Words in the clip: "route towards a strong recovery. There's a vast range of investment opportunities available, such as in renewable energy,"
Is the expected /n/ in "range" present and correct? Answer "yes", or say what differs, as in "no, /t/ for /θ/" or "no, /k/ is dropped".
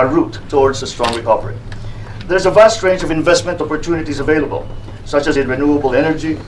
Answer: yes